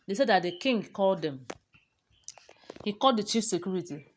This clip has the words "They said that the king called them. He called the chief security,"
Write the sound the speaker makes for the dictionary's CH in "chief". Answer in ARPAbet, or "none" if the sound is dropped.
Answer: CH